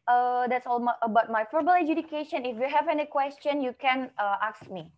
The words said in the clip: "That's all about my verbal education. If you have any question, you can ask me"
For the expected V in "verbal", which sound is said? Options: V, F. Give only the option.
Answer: F